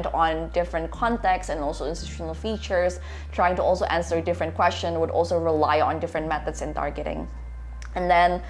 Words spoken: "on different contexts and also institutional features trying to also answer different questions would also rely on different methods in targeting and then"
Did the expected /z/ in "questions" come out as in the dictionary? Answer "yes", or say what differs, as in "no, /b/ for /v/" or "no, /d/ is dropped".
no, /z/ is dropped